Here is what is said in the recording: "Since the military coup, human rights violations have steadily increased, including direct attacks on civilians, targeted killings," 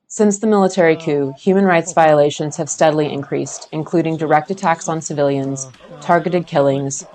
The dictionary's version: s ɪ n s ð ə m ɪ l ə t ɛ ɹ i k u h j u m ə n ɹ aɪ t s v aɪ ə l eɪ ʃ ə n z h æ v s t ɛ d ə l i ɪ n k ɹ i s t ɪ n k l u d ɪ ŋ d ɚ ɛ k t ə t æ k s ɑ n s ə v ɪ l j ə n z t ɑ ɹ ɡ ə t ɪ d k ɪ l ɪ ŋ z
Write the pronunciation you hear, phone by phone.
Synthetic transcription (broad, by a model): s ɪ n s ð ə m ɪ l ə t ɛ ɹ i k u h j u m ə n ɹ aɪ t s v aɪ ə l eɪ ʃ ə n z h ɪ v s t ɛ d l i ɪ n k ɹ i s t ɪ n k l u d ɪ ŋ d ɚ ɛ k t ə t æ k s n s ə v ɪ l j ə n z t ɑ ɹ ɡ ə t ɪ d k ɪ l ɪ ŋ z